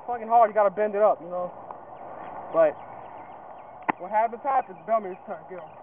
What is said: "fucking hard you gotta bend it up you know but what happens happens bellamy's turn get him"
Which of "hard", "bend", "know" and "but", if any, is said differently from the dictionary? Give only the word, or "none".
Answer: none